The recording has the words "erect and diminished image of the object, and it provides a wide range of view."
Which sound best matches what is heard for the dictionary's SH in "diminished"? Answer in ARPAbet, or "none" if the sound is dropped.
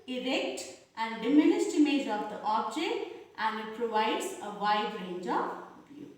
S